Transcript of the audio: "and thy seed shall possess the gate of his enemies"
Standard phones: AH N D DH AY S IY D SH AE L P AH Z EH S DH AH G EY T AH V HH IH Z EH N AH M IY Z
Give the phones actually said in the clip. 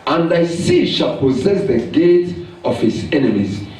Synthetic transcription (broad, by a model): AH N D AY S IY SH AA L P AH Z EH S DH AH G EY T AH V HH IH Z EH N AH M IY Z